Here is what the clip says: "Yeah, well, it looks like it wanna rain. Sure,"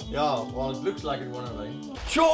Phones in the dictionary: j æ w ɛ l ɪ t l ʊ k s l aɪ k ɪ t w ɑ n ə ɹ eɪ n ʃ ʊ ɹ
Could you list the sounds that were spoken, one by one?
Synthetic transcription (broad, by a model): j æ w ɛ l ɪ t l ʊ k s l aɪ k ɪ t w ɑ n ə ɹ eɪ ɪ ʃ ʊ